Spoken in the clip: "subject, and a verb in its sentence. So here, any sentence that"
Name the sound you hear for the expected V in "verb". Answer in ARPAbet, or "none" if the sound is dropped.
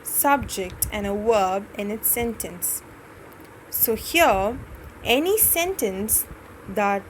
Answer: W